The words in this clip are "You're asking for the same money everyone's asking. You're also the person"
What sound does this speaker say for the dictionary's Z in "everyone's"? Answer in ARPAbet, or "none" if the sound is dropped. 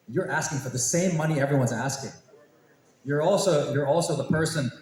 Z